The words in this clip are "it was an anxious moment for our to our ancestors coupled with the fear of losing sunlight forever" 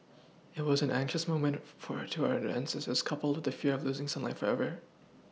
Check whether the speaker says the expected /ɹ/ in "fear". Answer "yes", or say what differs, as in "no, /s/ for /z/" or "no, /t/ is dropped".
yes